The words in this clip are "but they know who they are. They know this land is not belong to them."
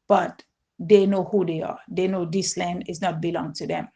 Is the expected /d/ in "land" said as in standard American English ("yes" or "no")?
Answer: yes